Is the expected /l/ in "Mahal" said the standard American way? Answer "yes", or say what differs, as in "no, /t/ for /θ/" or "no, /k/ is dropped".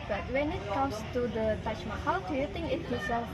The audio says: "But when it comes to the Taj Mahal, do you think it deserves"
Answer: no, /w/ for /l/